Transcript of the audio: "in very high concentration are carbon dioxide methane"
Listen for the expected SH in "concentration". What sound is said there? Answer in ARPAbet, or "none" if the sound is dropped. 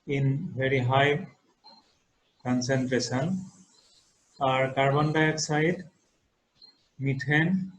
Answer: S